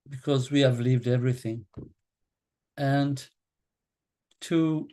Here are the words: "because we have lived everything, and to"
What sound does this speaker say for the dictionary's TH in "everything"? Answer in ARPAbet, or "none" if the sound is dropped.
TH